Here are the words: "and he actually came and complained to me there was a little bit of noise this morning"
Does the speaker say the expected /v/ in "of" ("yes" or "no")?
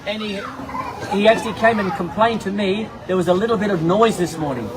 yes